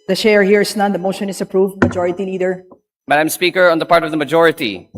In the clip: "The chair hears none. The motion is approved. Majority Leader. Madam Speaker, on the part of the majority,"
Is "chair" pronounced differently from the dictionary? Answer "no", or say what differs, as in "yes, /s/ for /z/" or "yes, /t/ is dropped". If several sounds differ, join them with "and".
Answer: yes, /ʃ/ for /tʃ/